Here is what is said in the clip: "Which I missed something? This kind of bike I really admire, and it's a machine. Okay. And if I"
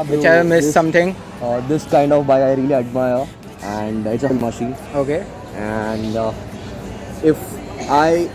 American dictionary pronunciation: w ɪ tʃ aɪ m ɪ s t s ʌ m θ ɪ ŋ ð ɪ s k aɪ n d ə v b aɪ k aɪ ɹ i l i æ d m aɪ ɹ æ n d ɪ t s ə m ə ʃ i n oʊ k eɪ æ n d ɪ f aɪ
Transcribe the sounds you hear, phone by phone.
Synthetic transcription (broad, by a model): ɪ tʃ aɪ m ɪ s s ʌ m t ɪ ŋ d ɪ s k aɪ n d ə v b aɪ aɪ ɹ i l i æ d m aɪ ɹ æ n d ɪ t s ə m ə ʃ i n oʊ k eɪ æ n d ɪ f aɪ